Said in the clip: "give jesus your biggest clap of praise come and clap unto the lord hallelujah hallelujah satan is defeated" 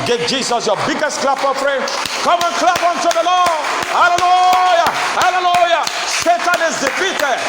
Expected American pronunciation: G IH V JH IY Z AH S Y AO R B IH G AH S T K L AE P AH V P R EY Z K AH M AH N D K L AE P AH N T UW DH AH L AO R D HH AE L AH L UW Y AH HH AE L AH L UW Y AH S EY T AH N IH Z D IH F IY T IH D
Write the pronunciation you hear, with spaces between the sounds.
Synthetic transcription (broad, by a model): G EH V JH IY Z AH S Y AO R B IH G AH S T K L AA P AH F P R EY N K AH M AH N K L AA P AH N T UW DH AH L AO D HH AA L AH L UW Y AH HH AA L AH L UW Y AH S EY T AH N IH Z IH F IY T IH